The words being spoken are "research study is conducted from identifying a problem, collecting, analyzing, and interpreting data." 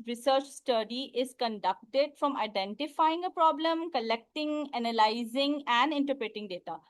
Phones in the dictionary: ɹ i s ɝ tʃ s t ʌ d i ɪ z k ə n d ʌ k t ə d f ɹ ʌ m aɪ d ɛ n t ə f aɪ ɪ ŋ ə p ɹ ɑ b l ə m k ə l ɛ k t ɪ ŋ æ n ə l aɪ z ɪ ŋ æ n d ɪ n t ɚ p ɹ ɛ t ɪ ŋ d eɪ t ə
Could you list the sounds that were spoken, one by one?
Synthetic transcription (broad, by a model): ɹ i s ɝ tʃ s t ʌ d i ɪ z k ə n d ʌ k t ə d f ɹ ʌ m aɪ d ɛ n t ə f aɪ ɪ ŋ ə p ɹ ɑ b l ə m k ə l ɛ k t ɪ ŋ æ n ə l aɪ z ɪ ŋ æ n d ɪ n t ɚ p ɹ ɛ t ɪ ŋ d eɪ t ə